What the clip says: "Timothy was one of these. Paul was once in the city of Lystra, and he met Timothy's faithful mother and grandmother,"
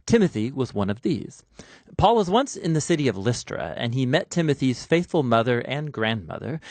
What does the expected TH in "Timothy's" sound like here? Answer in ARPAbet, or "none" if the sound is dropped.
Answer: TH